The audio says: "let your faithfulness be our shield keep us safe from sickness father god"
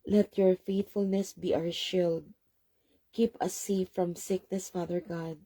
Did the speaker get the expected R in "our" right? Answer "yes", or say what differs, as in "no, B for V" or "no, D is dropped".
no, W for R